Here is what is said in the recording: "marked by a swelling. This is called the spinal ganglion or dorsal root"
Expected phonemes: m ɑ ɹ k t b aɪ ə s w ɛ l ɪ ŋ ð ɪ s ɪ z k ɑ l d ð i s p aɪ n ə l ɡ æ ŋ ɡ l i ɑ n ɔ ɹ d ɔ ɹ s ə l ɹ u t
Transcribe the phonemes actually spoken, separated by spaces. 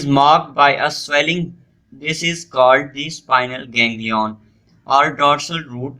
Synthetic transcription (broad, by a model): m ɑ ɹ k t b aɪ ə s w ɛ l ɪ ŋ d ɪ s ɪ z k ɑ l d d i s p aɪ n ə l ɡ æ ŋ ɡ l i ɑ n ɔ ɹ d ɔ ɹ s ə l ɹ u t